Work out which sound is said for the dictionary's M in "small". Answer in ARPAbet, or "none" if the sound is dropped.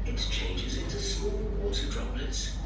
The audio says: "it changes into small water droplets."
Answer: M